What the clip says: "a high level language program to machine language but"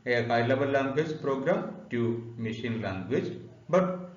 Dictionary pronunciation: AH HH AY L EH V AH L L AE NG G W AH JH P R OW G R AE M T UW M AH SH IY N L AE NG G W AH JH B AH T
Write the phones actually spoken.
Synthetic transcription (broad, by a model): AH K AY L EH B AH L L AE NG G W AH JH P R OW G R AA M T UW M AH SH IY N L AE NG G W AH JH B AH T